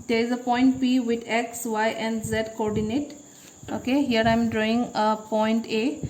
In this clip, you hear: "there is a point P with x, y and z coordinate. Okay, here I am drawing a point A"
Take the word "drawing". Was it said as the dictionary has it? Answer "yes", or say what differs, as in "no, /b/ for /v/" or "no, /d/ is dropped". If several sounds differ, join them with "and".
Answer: yes